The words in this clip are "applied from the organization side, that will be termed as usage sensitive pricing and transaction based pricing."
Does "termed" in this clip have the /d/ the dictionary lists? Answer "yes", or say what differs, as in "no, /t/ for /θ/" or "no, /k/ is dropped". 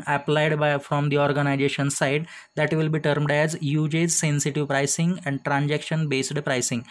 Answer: yes